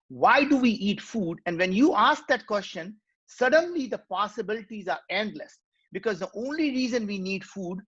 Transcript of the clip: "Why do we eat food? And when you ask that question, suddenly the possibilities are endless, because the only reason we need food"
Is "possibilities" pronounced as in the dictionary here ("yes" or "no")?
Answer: yes